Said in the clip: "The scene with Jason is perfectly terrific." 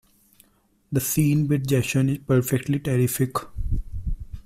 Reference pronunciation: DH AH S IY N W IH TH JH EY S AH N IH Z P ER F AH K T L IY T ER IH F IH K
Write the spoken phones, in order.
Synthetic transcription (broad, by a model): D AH S IY N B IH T JH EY SH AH N IH Z P ER F AH K T L IY T ER IH F IH K